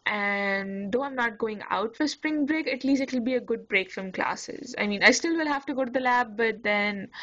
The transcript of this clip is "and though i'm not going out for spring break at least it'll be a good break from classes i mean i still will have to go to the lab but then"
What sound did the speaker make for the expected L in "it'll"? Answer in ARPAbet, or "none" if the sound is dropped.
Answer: L